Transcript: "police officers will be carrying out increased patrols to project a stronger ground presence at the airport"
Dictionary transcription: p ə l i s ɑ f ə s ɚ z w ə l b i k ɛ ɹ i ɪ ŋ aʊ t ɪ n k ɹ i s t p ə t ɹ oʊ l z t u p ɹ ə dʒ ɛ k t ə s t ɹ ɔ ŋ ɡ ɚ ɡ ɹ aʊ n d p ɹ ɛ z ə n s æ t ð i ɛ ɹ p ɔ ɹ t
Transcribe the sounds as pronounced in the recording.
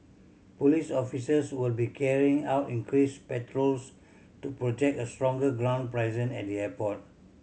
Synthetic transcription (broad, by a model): p ə l i s ɑ f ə s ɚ s w ə l b i k ɛ ɹ i ɪ ŋ aʊ t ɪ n k ɹ i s p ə t ɹ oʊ l s t u p ɹ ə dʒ ɛ k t ə s t ɹ ɔ ŋ ɡ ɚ ɡ ɹ aʊ n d p ɹ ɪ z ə n ɛ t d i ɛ p ɔ t